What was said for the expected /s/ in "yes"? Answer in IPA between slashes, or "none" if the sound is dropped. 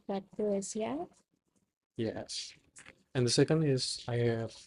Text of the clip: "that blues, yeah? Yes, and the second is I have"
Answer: /s/